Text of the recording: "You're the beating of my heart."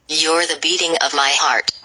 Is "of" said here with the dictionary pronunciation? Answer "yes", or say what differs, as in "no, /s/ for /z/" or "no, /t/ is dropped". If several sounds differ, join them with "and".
yes